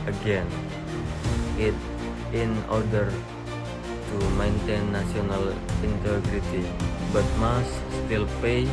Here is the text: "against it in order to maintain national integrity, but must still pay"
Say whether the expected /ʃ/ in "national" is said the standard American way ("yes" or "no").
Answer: no